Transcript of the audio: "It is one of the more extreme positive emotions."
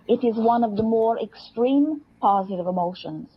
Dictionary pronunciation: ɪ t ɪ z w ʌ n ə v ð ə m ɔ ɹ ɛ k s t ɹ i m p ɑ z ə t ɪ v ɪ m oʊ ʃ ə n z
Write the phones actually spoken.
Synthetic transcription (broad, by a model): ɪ t ɪ z w ʌ n ə v ð ə m ɔ ɹ ɛ k s t ɹ i m p ɑ z ə t ɪ v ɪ m oʊ ʃ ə n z